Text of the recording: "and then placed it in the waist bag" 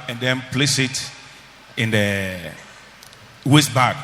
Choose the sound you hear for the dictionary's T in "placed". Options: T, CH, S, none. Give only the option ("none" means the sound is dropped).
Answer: none